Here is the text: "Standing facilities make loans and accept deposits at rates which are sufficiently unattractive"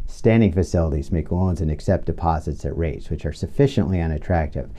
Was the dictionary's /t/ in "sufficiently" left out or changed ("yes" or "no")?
no